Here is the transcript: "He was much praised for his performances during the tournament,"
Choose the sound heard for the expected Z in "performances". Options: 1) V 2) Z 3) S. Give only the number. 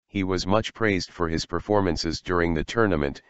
2